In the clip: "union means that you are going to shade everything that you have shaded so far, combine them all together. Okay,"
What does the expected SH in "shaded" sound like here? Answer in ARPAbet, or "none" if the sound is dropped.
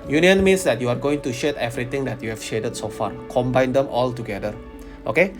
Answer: SH